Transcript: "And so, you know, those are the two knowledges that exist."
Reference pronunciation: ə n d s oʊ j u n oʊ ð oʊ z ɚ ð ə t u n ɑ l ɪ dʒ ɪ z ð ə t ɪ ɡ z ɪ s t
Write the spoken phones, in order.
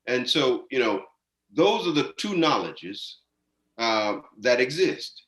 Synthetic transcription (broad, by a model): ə n s oʊ j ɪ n oʊ ð oʊ z ɚ ð ə t u n ɑ l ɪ dʒ ɪ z ð ə t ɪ ɡ z ɪ s t